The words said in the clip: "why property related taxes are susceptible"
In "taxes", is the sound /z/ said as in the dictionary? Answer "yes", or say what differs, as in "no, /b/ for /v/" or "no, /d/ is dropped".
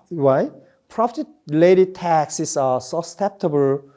no, /s/ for /z/